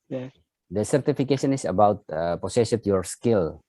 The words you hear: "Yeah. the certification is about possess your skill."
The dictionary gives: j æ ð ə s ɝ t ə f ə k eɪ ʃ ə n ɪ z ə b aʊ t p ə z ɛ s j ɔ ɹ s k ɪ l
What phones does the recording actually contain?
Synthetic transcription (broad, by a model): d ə s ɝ t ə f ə k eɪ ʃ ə n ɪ s ə b aʊ t p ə s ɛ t j ɔ ɹ s k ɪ l